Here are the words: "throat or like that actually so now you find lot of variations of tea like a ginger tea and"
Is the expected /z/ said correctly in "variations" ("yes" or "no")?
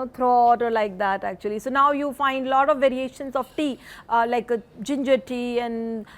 no